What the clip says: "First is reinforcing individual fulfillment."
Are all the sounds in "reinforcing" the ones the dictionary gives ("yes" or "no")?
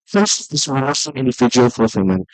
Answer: no